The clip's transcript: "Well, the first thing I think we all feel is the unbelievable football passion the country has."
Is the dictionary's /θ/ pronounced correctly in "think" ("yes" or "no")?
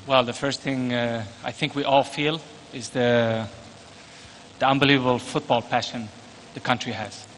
yes